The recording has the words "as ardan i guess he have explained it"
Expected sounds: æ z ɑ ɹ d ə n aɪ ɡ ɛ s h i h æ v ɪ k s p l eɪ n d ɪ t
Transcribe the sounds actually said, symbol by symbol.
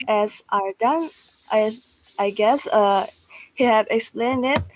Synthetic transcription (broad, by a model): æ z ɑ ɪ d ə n aɪ ɡ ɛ s h i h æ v ɪ k s p l eɪ n d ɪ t